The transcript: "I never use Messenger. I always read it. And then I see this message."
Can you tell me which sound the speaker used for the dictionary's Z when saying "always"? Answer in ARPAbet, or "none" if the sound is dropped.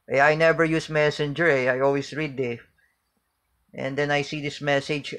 S